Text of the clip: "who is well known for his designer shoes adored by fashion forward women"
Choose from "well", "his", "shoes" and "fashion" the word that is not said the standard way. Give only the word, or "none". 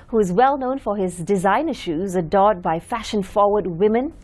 none